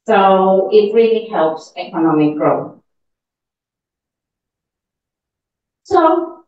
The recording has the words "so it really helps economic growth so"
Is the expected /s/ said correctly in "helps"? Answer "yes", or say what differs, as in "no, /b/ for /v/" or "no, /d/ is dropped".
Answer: yes